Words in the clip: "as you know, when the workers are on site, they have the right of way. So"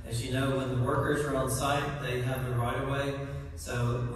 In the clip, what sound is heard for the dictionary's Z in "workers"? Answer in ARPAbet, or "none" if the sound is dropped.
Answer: Z